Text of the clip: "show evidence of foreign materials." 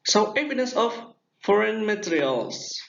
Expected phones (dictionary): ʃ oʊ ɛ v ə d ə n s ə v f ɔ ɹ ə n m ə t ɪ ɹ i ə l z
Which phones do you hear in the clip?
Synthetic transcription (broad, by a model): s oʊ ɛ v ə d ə s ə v f ɔ ɹ ə n m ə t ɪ ɹ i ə l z